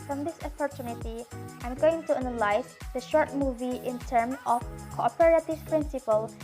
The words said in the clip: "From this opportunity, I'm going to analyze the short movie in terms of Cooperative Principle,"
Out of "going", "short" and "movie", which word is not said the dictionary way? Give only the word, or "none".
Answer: none